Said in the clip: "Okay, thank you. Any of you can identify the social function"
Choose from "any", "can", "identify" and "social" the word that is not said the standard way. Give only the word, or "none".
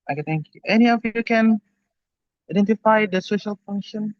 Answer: none